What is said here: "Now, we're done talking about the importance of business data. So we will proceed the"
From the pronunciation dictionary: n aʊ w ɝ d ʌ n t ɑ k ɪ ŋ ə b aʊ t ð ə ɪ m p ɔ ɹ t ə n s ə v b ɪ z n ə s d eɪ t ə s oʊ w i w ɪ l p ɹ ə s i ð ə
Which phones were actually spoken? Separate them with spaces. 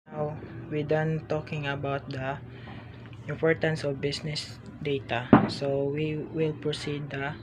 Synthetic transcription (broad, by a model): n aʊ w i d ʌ n t ɑ k ɪ ŋ ə b aʊ t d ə ɪ m p ɔ ɹ t ə n s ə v b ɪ s n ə s d eɪ t ə s oʊ w i w ɪ l p ɹ ə s i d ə